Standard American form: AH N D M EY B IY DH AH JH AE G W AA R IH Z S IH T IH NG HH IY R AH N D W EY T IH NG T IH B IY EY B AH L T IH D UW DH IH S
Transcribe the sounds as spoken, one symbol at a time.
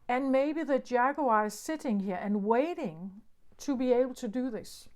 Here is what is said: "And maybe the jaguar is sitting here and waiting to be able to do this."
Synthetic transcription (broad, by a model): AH N M EY B IY DH AH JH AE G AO IH Z S IH T IH NG HH IY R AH N W EY T IH NG T IH B IY EY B L T IH D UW DH IH S